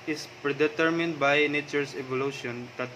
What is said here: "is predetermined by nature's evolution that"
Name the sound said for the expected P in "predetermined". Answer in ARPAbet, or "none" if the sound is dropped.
P